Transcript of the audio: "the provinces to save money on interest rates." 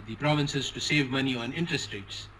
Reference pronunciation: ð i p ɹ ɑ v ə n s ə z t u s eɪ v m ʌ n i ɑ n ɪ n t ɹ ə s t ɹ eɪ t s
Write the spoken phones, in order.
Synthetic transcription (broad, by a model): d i p ɹ ɑ v ə n s ə z t u s eɪ v m ʌ n i ɑ n ɪ n t ɹ ə s t ɹ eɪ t s